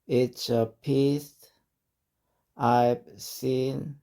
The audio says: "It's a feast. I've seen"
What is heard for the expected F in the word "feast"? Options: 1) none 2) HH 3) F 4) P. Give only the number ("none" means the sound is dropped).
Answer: 4